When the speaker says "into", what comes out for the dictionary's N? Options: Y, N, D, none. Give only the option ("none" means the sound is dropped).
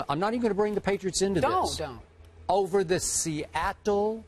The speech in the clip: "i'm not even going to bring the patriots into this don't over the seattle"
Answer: N